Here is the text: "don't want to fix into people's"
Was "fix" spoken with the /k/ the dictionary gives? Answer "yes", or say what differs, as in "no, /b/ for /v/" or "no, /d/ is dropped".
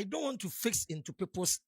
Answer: yes